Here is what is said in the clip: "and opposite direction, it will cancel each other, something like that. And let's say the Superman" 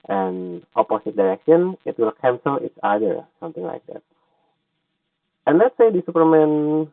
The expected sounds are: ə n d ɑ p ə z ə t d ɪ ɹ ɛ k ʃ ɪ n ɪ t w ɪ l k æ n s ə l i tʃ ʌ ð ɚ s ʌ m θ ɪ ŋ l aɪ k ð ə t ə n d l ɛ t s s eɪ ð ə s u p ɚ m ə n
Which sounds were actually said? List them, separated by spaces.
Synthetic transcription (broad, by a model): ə n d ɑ p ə s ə t d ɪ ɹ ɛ k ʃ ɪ n ɪ t w ɪ l k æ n s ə l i s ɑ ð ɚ s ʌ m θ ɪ ŋ l aɪ k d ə t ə n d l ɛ t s s eɪ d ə s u p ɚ m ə n